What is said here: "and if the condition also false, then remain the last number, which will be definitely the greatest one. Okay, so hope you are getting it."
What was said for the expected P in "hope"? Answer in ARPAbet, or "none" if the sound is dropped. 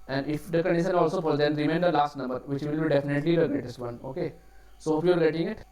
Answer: F